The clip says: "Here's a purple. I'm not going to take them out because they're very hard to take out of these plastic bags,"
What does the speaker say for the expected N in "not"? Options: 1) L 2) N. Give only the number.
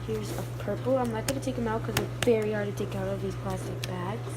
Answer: 1